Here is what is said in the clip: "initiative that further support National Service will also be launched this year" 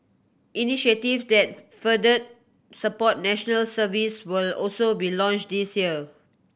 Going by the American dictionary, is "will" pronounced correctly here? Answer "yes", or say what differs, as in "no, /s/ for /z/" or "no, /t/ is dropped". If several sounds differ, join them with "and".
yes